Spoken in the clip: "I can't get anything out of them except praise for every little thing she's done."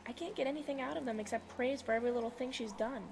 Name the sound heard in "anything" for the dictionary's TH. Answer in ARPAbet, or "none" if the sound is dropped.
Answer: TH